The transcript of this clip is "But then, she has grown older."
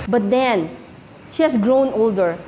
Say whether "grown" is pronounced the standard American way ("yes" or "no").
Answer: yes